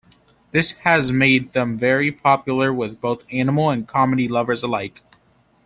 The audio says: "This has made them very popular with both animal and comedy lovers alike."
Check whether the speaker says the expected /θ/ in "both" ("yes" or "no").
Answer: yes